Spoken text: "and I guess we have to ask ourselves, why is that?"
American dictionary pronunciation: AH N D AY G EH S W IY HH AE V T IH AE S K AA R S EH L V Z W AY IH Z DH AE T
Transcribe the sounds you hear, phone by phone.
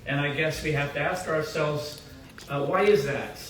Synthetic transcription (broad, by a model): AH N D AY G EH S W IY HH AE F T IH AE S K AA R S EH L V Z W AY IH Z DH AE T